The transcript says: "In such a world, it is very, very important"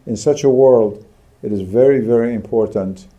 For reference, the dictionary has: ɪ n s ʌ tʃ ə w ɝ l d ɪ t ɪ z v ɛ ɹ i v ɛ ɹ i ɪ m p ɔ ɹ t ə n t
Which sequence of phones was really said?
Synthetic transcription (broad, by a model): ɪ n s ʌ tʃ ə w ɝ l d ɪ t ɪ z v ɛ ɹ i v ɛ ɹ i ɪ m p ɔ ɹ t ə n t